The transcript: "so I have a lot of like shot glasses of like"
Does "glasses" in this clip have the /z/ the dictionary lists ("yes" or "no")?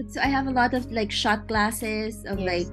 yes